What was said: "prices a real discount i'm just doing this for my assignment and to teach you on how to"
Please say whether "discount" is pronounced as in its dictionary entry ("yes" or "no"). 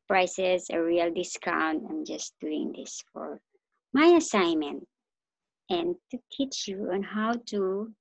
yes